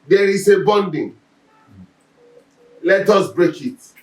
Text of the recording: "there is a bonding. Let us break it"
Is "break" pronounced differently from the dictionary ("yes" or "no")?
no